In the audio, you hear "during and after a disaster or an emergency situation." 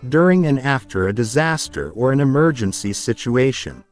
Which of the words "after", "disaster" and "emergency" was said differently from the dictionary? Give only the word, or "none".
none